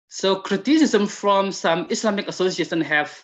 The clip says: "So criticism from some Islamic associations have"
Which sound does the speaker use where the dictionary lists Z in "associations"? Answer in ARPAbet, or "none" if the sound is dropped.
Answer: none